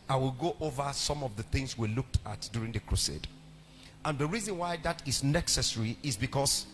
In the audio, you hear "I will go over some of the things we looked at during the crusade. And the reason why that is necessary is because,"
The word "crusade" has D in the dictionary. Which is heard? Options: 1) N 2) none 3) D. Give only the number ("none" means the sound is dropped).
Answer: 3